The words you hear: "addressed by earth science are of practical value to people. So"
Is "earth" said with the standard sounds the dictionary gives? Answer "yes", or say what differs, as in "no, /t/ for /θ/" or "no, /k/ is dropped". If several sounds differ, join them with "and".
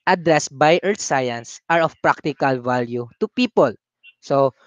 no, /t/ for /θ/